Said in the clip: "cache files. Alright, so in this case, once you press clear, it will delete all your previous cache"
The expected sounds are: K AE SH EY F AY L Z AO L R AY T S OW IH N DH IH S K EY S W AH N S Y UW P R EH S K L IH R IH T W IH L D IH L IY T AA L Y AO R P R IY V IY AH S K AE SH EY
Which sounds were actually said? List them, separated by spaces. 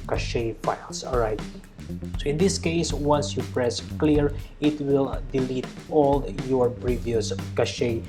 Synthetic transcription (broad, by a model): K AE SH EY F AY L S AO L R AY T S OW IH N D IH S K EY S W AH N S Y UW P R EH S K L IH R IH T W IH L D IH L IY T AA L Y AO R P R IY V IY AH S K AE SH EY